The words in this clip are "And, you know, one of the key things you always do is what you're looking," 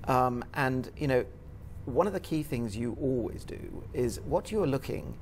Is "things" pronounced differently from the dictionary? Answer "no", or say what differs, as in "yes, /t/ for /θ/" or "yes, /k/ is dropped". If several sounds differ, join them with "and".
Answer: no